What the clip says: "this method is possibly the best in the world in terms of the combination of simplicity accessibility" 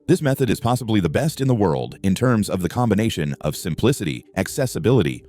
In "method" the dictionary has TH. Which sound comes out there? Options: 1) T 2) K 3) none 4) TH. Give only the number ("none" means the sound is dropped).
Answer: 4